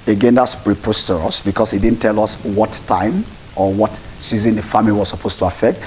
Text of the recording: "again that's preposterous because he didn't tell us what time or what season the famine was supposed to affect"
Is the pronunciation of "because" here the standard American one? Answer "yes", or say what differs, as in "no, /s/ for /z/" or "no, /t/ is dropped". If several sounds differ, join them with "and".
no, /s/ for /z/